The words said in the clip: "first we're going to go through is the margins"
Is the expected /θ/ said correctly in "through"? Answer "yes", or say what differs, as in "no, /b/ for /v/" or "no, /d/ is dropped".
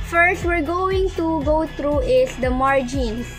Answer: no, /t/ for /θ/